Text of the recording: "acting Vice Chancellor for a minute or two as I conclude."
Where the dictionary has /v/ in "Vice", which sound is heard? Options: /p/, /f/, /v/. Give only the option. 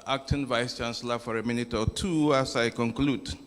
/v/